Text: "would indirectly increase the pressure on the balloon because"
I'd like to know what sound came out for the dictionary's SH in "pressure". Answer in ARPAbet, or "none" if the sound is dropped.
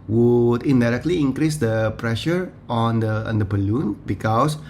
SH